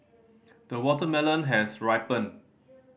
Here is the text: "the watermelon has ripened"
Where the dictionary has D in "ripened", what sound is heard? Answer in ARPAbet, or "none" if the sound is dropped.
none